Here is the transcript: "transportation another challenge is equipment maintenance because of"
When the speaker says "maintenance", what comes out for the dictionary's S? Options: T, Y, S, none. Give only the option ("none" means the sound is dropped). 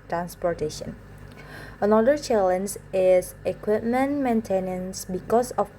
S